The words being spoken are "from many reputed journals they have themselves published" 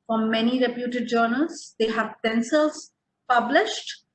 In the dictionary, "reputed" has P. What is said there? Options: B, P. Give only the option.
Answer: P